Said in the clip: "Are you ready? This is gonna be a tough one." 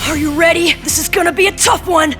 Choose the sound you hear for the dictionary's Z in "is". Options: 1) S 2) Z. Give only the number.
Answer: 2